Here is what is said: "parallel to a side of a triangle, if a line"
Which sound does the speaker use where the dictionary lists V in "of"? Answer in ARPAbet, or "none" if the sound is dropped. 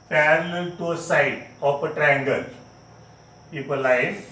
P